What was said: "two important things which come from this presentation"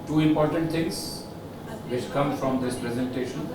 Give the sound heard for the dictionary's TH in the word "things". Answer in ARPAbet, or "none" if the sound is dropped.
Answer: T